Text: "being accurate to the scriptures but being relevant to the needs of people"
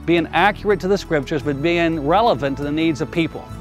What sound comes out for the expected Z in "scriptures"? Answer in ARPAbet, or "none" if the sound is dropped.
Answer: Z